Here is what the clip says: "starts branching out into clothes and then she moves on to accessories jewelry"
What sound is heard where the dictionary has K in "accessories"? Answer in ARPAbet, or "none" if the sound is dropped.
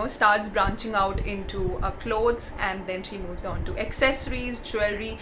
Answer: K